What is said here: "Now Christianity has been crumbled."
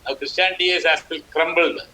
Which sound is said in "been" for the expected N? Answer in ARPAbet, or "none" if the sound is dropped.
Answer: L